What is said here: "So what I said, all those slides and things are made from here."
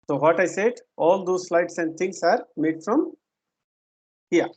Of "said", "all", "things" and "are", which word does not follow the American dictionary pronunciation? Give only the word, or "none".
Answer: things